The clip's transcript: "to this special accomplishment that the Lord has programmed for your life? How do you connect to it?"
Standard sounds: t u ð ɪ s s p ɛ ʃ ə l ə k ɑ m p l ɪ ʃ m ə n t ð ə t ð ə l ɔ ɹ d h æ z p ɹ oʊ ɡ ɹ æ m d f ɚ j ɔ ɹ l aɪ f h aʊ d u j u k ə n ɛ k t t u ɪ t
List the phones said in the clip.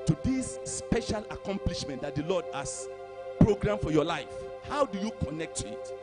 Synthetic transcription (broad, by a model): t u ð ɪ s s p ɛ ʃ ə l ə k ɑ m p l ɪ ʃ m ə n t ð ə t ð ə l ɔ d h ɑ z p ɹ oʊ ɡ ɹ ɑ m f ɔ j ɔ l aɪ f h aʊ d u j u k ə n ɛ k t t u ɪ t